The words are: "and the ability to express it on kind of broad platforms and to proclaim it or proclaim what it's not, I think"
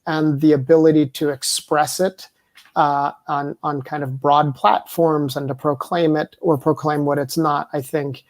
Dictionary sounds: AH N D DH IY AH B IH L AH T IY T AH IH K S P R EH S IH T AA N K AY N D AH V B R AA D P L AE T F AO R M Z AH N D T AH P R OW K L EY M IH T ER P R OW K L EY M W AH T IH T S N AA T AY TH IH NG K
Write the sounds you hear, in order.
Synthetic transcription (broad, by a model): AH N DH IY AH B IH L AH T IY T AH IH K S P R EH S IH T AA N K AY N D AH V B R AA D P L AE T F AO R M Z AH N T AH P R OW K L EY M IH T ER P R OW K L EY M W AH T IH T S N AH T AY TH IH NG K